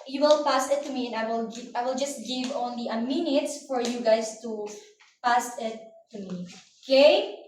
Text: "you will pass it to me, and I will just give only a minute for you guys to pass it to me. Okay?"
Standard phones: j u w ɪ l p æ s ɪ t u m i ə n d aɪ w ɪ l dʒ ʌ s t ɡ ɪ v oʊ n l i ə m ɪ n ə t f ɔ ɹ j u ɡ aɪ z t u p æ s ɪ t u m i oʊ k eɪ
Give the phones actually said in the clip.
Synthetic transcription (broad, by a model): j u w ɪ l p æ s ɪ t u m i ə n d aɪ w ɪ l dʒ ʌ s t ɡ ɪ v oʊ n l i ə m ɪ n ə t f ɔ ɹ j u ɡ aɪ s t u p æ s ɪ t u m i oʊ k eɪ